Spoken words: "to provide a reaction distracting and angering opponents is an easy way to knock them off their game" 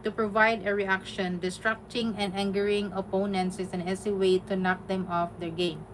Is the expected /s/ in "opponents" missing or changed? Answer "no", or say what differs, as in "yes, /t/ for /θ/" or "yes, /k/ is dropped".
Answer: no